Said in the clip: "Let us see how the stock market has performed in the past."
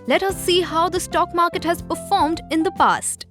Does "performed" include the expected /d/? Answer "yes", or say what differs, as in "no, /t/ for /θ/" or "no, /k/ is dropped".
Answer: yes